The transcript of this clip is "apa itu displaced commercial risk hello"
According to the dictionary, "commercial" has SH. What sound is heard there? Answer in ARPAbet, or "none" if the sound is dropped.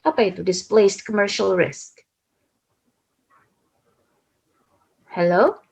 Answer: SH